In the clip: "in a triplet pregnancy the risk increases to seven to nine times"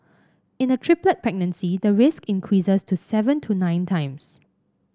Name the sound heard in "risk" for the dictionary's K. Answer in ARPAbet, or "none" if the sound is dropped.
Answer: K